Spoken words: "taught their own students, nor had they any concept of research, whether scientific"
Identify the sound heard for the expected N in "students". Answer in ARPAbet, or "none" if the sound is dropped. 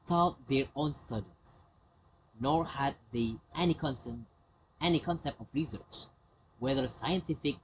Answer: none